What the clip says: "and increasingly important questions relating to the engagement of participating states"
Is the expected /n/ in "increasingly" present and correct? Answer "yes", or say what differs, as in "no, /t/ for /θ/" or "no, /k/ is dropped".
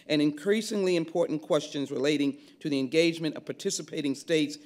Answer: yes